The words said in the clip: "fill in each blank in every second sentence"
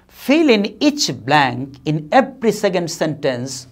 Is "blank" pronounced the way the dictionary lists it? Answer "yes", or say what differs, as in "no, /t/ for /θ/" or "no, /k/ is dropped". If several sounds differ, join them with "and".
yes